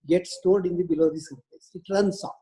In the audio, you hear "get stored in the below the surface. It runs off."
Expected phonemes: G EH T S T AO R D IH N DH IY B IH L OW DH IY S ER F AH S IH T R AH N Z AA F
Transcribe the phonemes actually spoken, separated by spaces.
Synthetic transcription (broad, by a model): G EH T S T AO R D IH N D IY B IH L OW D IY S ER P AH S IH T R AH N S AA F